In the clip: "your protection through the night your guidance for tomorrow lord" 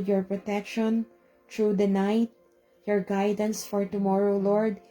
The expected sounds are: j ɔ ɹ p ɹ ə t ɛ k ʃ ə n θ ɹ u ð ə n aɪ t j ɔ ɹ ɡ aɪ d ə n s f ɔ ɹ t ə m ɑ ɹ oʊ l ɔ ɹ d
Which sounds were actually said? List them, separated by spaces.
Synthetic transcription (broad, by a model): j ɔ ɹ p ɹ ə t ɛ k ʃ ə n t ɹ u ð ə n aɪ t j ɔ ɹ ɡ aɪ d ə n s f ɔ ɹ t ə m ɑ ɹ oʊ l ɔ ɹ d